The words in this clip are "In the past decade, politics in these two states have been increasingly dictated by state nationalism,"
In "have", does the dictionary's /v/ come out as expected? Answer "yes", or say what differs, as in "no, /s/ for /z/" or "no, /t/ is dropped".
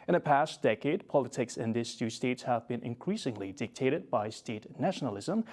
yes